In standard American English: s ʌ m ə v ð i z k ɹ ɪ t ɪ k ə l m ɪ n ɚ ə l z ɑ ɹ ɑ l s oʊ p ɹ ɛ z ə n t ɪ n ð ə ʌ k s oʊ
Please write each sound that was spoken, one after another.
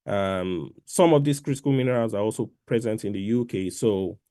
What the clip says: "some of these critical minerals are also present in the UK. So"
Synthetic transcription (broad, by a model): s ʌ m ə v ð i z k ɹ ɪ t ɪ k ə l m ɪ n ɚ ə l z ɑ ɹ ɑ l s oʊ p ɹ ɛ z ə n t ɪ n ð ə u k s oʊ